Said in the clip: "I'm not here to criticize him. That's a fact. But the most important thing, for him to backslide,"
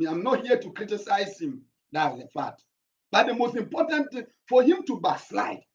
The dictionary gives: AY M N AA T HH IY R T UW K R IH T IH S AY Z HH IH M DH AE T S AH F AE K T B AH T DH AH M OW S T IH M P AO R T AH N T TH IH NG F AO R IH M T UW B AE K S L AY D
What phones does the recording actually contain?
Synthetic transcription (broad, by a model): AY M N AA T HH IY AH T UW K R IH T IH S AY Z HH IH M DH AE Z AH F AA T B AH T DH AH M OW S T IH M P AO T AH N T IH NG F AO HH IH M T UW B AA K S L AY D